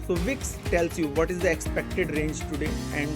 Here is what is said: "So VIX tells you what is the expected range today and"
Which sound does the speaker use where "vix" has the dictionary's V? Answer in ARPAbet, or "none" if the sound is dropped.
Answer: V